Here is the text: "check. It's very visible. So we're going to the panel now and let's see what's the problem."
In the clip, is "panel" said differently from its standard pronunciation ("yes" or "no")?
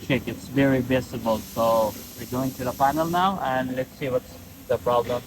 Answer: yes